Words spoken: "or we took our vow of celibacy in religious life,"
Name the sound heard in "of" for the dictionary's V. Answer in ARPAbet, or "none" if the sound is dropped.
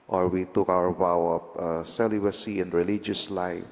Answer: P